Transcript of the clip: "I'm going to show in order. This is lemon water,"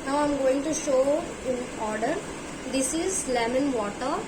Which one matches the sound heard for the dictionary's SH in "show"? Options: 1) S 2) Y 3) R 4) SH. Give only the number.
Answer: 4